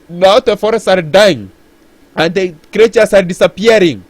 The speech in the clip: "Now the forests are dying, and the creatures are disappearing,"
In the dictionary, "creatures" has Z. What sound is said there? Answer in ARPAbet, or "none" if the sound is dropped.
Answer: S